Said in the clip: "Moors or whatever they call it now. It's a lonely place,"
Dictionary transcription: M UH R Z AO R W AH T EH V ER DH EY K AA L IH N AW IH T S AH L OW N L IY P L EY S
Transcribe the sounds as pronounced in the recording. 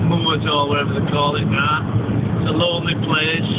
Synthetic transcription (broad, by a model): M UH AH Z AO L W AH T EH V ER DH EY K AA L IH N AW IH T S AH L OW N L IY P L EY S